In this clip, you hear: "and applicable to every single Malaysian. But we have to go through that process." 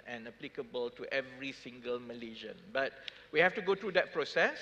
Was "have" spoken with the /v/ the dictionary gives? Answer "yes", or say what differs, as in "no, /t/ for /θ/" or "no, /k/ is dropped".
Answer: no, /f/ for /v/